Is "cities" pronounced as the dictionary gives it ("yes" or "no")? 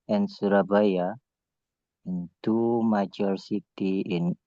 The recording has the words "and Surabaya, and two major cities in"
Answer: no